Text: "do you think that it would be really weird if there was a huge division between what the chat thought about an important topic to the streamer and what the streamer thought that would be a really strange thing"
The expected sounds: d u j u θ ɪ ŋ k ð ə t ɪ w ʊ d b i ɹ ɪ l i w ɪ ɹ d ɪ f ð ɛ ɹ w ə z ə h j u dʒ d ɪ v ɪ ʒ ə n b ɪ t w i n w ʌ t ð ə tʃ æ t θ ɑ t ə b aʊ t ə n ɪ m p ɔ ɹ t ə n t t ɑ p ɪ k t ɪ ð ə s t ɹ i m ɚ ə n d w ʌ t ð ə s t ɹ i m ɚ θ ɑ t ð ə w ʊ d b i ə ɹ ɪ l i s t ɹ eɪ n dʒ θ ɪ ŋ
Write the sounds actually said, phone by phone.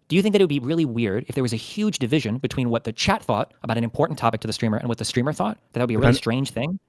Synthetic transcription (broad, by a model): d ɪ j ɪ θ ɪ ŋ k ð ə t ɪ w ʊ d b i ɹ ɪ l i w ɪ ɹ d ɪ f ð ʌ ɹ w ə z ə h j u dʒ d ɪ v ɪ ʒ ə n b ɪ t w i n w ʌ t ð ə tʃ æ t θ ɑ t ə b aʊ t ə n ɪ m p ɔ ɹ t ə n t t ɑ p ɪ k t ɪ ð ə s t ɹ i m ɚ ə n w ʌ t ð ə s t ɹ i m ɚ θ ɑ t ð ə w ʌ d b i ə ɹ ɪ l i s t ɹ eɪ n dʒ θ ɪ ŋ